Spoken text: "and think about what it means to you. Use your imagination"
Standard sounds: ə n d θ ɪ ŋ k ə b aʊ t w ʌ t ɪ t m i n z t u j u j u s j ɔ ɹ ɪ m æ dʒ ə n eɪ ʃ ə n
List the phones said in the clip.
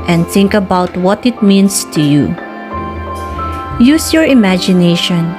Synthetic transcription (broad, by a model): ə n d θ ɪ ŋ k ə b aʊ t w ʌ t ɪ t m i n s t u j u j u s j ɔ ɹ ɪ m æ dʒ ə n eɪ ʃ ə n